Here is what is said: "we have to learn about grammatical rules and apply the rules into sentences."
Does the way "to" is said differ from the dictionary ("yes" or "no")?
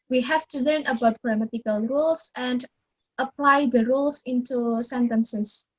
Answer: no